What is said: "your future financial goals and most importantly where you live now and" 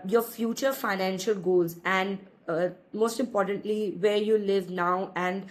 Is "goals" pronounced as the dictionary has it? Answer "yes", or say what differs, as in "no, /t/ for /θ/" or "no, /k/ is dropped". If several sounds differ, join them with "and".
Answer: yes